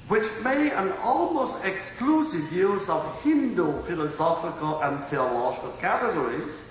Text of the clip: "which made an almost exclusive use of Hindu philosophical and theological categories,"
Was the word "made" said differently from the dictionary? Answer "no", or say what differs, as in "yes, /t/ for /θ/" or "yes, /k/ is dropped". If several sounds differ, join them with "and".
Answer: yes, /d/ is dropped